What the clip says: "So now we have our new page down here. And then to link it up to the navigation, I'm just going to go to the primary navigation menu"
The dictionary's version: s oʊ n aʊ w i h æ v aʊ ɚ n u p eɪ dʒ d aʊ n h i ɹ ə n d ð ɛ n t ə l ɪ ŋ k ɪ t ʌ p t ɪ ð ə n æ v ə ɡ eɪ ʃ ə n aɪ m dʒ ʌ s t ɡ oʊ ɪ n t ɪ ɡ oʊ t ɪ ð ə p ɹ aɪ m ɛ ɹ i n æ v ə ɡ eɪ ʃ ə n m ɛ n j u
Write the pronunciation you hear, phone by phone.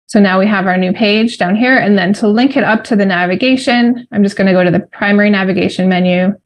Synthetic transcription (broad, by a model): s oʊ n aʊ w i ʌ v aʊ ɚ n u p eɪ dʒ d aʊ n h i ɹ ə n ð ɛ n t ə l ɪ ŋ k ɪ t ʌ p t ɪ ð ə n æ v ə ɡ eɪ ʃ ə n aɪ m dʒ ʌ s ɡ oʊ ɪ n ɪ ɡ oʊ t ɪ ð ə p ɹ aɪ m ɛ ɹ i n æ v ə ɡ eɪ ʃ ə n m ɛ n j u